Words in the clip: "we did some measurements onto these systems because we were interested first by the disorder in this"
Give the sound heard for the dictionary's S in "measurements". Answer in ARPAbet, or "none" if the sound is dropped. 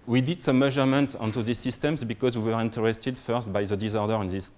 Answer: none